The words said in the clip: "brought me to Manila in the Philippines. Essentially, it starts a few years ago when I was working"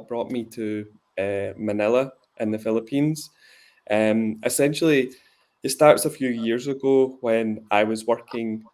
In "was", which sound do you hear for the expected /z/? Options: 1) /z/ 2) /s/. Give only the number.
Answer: 1